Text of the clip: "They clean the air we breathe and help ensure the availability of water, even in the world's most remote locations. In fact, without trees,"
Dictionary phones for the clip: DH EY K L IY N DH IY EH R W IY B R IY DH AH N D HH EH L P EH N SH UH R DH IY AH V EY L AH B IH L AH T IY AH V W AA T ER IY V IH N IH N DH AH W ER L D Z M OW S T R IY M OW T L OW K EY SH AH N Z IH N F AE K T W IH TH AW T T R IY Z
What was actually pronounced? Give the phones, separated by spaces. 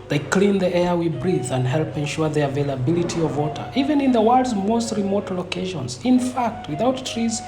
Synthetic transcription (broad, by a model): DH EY K L IY N DH IY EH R W IY B R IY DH AH N D HH EH L P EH N SH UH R DH IY AH V EY L AH B IH L AH T IY AH V W AA T ER IY V IH N IH N DH AH W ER D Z M OW S T R IY M OW T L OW K EY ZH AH N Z IH N F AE K T W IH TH AW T T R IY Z